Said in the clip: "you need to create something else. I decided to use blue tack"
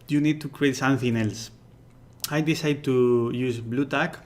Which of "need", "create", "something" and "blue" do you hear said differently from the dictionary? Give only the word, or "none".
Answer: something